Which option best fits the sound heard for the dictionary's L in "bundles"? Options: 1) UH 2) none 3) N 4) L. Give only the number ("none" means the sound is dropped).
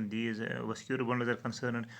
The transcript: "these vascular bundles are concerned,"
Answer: 2